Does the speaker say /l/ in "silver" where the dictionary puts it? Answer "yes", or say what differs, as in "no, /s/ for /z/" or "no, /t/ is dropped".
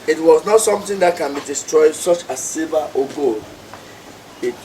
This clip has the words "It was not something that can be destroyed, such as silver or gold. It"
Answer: no, /l/ is dropped